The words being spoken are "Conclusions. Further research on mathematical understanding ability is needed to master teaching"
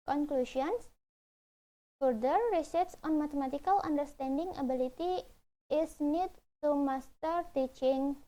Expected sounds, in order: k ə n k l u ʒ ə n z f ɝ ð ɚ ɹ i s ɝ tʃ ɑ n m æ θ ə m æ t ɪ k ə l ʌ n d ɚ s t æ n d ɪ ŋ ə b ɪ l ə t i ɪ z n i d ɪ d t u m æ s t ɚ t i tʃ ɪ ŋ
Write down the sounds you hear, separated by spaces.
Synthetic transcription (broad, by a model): k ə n k l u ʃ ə n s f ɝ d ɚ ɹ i s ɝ s ɑ n m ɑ t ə m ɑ t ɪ k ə l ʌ n d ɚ s t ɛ n d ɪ ŋ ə b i l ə t i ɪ s n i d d t u m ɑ s t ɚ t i tʃ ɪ ŋ